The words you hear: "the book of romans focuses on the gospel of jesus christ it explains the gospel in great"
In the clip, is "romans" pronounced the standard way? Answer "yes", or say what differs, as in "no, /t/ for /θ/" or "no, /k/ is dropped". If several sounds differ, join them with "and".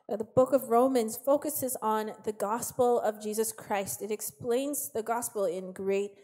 yes